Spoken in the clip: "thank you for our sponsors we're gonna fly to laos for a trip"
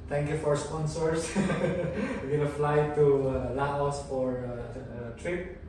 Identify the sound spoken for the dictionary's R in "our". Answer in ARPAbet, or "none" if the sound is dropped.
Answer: R